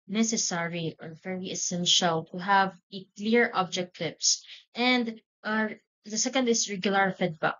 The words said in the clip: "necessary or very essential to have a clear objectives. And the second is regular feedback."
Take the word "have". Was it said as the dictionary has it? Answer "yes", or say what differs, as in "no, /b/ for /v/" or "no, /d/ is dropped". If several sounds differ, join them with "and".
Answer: yes